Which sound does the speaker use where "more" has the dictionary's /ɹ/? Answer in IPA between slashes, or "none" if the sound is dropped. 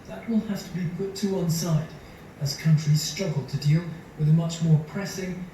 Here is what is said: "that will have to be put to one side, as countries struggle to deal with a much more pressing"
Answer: /ɹ/